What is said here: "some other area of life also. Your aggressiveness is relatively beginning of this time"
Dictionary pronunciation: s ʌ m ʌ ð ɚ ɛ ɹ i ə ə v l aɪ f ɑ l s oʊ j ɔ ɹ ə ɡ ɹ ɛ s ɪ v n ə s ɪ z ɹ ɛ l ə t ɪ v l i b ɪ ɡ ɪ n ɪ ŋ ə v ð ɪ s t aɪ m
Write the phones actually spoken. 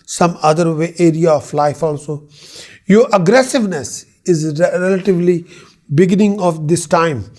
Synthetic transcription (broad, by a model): s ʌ m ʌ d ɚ ɛ ɹ i ə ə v l aɪ f ɑ l s oʊ j ɔ ɹ ə ɡ ɹ ɛ s ɪ v n ə s ɪ z ɹ ɛ l ə t ɪ v l i b ɪ ɡ ɪ n ɪ ŋ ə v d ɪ s t aɪ m